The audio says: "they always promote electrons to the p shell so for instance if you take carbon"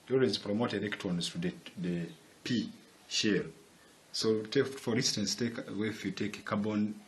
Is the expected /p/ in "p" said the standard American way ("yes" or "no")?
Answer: yes